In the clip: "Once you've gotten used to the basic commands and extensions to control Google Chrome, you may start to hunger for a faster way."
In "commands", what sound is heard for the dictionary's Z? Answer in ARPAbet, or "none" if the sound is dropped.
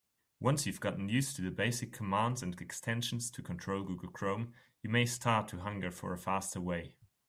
Z